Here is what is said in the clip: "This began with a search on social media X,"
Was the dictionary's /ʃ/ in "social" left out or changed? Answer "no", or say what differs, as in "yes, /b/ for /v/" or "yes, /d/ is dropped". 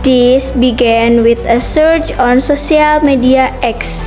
yes, /s/ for /ʃ/